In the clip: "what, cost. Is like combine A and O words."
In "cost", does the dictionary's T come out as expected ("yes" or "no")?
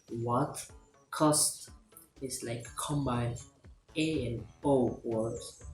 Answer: yes